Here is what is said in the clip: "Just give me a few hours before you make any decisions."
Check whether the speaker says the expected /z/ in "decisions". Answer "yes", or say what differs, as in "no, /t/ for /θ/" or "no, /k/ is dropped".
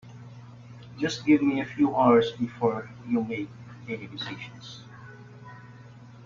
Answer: no, /s/ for /z/